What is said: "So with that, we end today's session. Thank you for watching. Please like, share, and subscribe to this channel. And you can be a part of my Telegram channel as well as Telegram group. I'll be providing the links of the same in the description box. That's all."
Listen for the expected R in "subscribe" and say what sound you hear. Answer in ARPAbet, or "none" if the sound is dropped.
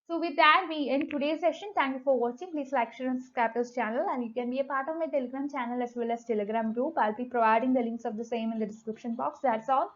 none